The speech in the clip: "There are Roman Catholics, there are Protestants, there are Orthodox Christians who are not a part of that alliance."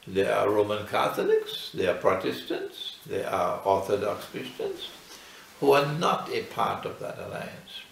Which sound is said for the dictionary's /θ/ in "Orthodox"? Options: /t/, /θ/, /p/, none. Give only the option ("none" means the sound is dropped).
/θ/